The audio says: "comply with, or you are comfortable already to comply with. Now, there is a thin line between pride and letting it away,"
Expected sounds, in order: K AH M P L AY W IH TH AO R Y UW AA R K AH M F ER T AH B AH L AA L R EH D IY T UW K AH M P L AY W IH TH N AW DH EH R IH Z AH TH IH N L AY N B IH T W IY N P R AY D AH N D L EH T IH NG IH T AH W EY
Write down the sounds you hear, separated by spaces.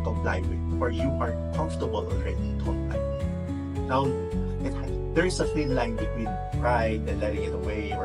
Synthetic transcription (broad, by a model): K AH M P L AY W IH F AO R Y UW AA R K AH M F T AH B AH L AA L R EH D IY T UW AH P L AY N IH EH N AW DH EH R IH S AH F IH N L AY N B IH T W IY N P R AY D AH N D L EH T IH NG IH T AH W EY